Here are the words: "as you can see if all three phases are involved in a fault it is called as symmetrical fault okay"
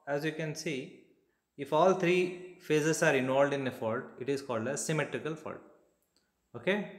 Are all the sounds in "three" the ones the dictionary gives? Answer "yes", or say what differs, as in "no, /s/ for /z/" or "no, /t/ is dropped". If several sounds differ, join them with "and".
no, /t/ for /θ/